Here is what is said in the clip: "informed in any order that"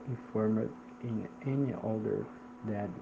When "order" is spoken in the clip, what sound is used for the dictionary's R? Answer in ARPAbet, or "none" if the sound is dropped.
L